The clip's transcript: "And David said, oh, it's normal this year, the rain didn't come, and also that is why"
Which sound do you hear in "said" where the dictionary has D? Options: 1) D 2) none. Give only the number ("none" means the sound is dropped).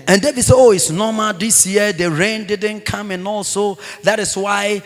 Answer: 2